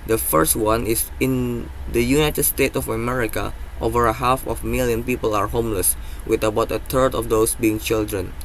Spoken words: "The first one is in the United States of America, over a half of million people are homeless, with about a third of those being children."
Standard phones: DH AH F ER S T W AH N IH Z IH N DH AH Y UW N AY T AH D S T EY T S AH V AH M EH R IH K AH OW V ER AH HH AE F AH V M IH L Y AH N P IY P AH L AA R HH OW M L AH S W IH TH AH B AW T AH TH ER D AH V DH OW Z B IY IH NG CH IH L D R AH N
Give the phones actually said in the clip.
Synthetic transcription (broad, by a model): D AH F ER S T W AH N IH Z IH N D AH Y UW N AY T AH D S T EY T AH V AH M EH R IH K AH OW V ER AH HH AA F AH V M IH L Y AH N P IY P AH L AA R HH OW M L AH S W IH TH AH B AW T AH T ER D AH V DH OW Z B IY IH NG CH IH L D R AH N